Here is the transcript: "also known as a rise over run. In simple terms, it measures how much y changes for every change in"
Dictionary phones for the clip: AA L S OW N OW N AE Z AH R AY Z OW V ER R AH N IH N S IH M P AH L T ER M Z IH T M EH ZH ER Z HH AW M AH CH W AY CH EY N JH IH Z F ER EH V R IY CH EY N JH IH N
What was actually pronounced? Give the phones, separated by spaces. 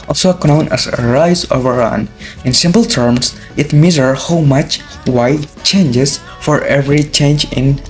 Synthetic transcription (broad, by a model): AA L S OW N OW N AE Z AH R AY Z OW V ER R AH N IH N S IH M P L T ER M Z IH T M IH Z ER HH AW M AH CH W AY CH EY N JH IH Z F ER EH V R IY CH EY N JH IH N